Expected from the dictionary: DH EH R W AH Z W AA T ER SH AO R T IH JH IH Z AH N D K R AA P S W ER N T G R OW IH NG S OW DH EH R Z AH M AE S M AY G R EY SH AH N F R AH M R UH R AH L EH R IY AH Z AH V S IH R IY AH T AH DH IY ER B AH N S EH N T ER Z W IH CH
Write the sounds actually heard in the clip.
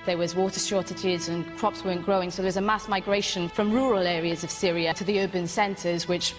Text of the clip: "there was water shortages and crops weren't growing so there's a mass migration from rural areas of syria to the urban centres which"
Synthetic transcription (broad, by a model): DH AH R W AH Z W AA T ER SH AO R T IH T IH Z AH N K R AA P S W ER N G R OW IH NG S OW DH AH W Z AH M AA S M AY G R EY SH AH N F R AH M R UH R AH L EH R IY AH Z AH V S IH R IY AH T AH DH IY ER B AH N S EH N T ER Z W IH CH